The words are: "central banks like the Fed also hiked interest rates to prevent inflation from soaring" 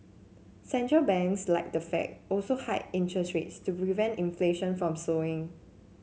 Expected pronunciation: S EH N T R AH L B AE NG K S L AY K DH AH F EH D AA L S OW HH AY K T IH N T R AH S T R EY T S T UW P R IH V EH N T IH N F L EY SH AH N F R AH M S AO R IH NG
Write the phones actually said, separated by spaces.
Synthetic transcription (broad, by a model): S EH N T R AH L B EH NG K S L AY K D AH F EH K AA L S OW HH AY T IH N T R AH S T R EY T S T UW P R IH V EH N T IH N F L EY SH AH N F R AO M S AO IH NG